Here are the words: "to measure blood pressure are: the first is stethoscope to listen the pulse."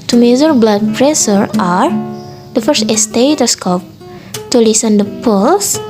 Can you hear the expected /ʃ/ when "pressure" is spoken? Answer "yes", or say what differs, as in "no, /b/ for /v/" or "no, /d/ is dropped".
no, /s/ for /ʃ/